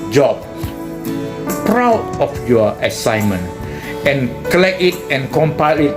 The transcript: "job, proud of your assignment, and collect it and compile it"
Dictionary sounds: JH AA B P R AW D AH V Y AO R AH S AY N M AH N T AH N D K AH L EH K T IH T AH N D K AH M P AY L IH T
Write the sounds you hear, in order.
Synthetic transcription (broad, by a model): JH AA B P R AW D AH F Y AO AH S AY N M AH N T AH N K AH L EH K IH T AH N K AH M P AY L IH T